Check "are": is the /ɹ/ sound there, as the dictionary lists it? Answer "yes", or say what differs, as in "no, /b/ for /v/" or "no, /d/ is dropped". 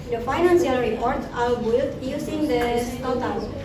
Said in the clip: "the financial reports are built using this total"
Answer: no, /l/ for /ɹ/